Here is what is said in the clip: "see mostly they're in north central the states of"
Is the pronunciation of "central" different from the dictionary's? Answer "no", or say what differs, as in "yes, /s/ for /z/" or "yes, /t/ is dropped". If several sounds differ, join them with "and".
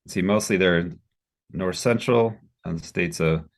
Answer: yes, /n/ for /l/